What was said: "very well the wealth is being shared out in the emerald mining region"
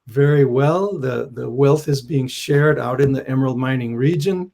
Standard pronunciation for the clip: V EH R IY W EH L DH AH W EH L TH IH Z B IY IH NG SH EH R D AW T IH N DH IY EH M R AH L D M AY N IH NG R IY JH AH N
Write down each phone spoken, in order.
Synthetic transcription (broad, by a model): V EH R IY W EH L DH AH W EH L TH IH Z B IY IH NG SH EH R D AW T IH N DH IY EH M AH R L M AY N IH NG R IY JH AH N